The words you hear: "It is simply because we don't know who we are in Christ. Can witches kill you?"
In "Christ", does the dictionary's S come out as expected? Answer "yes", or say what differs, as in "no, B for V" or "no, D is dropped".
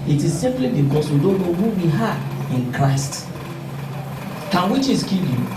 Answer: yes